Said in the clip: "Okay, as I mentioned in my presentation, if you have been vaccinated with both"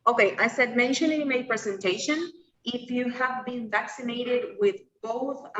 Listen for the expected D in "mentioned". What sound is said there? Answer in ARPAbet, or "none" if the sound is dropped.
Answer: none